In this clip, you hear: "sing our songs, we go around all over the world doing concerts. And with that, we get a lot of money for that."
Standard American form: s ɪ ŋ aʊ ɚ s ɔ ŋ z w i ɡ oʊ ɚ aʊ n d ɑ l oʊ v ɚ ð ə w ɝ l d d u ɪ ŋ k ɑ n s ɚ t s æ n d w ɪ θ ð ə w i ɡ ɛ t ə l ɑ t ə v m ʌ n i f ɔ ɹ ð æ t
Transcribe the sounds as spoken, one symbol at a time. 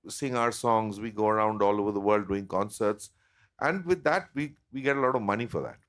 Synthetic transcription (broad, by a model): s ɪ ŋ aʊ ɚ s ɔ ŋ z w i ɡ oʊ ɚ aʊ n d ɑ l oʊ v ɚ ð ə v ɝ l d d u ɪ ŋ k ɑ n s ɚ t s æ n d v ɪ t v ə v i ɡ ɛ t ə l ɑ t ə v m ʌ n i f ɔ ɹ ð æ t